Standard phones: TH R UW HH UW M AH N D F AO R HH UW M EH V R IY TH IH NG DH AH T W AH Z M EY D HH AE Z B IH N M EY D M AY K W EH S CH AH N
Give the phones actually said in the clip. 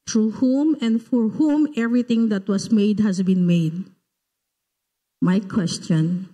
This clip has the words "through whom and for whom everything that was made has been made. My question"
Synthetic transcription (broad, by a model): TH R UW HH UW M AH N D F AO R HH UW M EH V R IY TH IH NG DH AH T W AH S M EY D HH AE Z B IH N M EY D M AY K W EH S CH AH N